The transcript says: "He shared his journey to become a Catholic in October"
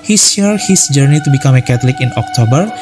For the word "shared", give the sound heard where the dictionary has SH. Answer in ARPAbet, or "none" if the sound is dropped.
S